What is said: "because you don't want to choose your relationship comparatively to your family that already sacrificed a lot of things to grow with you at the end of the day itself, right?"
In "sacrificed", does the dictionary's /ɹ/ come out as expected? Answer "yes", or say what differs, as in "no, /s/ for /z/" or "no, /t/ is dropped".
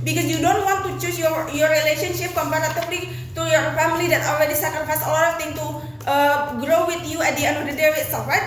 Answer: no, /ɹ/ is dropped